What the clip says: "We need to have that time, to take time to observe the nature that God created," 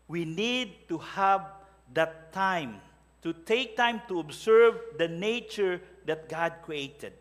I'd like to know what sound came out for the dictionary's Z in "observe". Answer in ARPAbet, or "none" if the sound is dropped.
S